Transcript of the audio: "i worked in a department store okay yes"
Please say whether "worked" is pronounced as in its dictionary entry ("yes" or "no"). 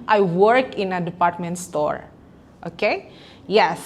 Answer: no